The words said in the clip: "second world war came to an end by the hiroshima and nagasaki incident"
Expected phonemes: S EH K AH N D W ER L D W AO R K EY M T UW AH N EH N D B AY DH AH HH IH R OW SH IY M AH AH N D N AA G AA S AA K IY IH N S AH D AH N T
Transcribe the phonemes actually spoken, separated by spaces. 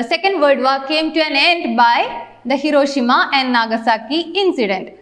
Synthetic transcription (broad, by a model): S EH K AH N D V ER D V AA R K EY M T UW AH N EH N D B AY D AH HH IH R OW SH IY M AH AH N D N AA G AA S AA K IY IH N S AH D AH N T